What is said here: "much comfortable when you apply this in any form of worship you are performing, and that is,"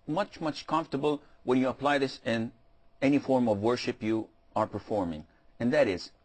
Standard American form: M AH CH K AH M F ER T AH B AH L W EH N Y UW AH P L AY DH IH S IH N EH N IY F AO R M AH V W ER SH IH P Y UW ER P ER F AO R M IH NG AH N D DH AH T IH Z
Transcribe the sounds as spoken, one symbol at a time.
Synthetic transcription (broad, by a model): M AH CH K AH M F T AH B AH L W EH N Y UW AH P L AY DH IH S IH N EH N IY F AO R M AH V W ER SH IH P Y UW ER P ER F AO R M IH NG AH N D DH AH T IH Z